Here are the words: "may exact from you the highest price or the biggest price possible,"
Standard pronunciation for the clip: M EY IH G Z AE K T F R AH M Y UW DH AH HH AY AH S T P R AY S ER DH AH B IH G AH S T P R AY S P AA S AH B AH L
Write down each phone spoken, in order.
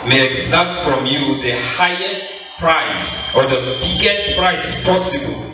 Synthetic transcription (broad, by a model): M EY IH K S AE T F R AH M Y UW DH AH HH AY AH S T P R AY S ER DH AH B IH G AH S T P R AY S P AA S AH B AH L